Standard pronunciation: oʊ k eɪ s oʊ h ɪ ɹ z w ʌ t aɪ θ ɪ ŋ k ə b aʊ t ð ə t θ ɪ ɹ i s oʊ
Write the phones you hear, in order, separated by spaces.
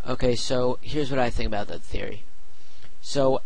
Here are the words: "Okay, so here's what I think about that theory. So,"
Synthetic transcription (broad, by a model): oʊ k eɪ s oʊ h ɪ ɹ z w ʌ t aɪ θ ɪ ŋ k ə b aʊ t ð ə t θ ɪ ɹ i s oʊ